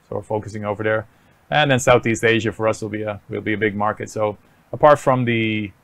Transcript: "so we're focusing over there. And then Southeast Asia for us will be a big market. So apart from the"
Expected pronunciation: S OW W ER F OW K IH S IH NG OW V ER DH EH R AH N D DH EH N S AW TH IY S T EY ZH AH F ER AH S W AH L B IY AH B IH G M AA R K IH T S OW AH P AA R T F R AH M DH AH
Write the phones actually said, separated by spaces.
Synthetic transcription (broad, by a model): S OW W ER F OW K IH S IH NG OW V ER DH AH R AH N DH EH N S AW TH IY S T EY ZH AH F ER AH S W AH L B IY AH B IH G M AA R K IH T S OW AH P AA R T F R AH M DH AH